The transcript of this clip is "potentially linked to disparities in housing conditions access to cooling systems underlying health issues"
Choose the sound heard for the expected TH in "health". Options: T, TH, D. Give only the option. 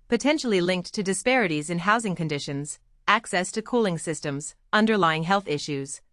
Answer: TH